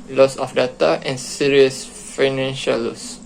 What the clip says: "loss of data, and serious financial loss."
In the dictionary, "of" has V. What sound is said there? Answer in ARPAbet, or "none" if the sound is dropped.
F